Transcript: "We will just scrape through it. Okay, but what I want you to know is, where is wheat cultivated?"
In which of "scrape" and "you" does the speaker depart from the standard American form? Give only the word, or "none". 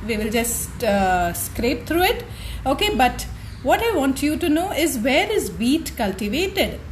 none